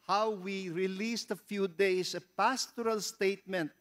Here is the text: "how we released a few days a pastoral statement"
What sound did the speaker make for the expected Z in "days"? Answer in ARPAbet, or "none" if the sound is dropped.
S